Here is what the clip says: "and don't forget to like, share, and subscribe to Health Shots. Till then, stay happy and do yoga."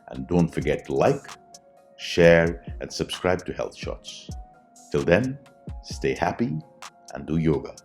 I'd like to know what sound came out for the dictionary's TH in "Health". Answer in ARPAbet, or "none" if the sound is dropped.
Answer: TH